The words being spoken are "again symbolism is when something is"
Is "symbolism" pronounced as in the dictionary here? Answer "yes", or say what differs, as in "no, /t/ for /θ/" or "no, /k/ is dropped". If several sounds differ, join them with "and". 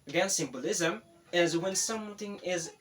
yes